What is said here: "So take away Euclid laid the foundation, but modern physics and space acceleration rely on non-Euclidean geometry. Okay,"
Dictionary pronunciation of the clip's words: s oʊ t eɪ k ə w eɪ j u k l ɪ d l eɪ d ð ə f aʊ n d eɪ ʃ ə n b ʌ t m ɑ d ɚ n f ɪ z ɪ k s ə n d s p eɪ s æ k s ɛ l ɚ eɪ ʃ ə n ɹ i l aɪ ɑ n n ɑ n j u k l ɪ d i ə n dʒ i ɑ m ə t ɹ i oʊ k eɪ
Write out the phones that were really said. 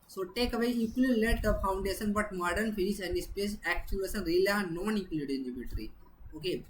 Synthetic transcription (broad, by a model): s oʊ t eɪ k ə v eɪ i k ɪ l l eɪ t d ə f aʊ n d eɪ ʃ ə n b ʌ t m ɑ d ɚ n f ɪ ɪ s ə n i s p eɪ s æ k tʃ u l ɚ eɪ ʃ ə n ɹ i l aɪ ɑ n n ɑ n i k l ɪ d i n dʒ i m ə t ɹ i oʊ k eɪ